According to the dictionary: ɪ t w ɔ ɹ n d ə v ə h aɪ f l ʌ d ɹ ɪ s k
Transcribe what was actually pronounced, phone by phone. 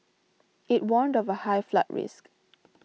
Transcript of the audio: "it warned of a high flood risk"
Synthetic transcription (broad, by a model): ɪ t w ɔ n d ə v ə h aɪ f l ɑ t ɹ ɪ s k